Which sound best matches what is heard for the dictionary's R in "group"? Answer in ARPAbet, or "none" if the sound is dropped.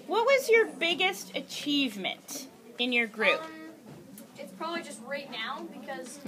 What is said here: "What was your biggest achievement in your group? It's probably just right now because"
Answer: R